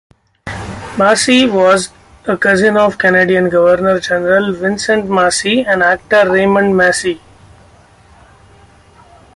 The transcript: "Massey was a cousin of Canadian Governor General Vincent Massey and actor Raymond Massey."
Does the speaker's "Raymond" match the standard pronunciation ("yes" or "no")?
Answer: yes